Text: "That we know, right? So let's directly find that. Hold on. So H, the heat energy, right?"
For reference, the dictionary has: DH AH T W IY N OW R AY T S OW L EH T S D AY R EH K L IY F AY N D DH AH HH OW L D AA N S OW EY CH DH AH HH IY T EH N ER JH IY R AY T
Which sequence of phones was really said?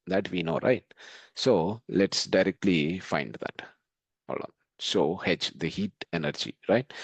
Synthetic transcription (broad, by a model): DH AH T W IY N OW R AY T S OW L EH T S D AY R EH K L IY F AY N D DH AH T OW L AA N S OW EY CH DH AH HH IY T EH N ER JH IY R AY T